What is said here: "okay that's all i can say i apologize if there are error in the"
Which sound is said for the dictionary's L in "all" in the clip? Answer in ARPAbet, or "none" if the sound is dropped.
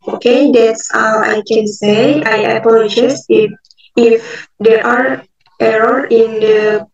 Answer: W